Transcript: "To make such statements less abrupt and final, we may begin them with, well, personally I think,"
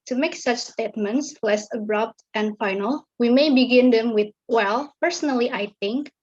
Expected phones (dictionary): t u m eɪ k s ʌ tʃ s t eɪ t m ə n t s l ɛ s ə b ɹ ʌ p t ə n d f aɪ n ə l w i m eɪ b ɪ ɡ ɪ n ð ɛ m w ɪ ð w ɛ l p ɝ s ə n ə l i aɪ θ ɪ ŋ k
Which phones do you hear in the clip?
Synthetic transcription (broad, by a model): t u m eɪ k s ʌ tʃ s t eɪ t m ə n t s l ɛ s ə b ɹ ʌ p t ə n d f aɪ n ə l w i m eɪ b ɪ ɡ ɪ n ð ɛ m w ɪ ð w ɛ l p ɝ s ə n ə l i aɪ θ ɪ ŋ k